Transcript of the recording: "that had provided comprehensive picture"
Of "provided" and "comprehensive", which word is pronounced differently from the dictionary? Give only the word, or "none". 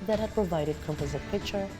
comprehensive